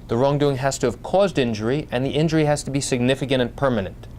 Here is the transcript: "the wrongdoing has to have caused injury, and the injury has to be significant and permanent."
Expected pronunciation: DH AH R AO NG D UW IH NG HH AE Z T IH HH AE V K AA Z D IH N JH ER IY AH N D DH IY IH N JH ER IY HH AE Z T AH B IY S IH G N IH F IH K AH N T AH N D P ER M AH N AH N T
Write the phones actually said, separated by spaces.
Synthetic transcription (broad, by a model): DH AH R AO NG D UW IH NG HH AE Z T IH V K AA Z D IH N JH ER IY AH N DH IY IH N JH ER IY HH AE Z T AH B IY S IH G N IH F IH K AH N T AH N P ER M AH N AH N T